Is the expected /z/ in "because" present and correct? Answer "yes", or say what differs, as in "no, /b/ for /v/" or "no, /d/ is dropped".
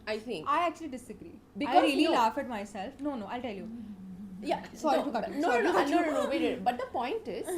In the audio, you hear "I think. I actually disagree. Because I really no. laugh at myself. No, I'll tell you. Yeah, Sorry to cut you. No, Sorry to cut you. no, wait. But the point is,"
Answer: no, /z/ is dropped